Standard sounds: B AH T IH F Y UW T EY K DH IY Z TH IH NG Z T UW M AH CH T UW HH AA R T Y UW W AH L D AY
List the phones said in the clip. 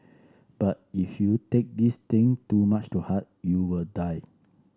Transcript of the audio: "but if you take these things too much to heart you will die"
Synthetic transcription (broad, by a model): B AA T IH F Y UW T EY K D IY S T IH NG T UW M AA CH T UW HH AA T Y UW W AH L D AY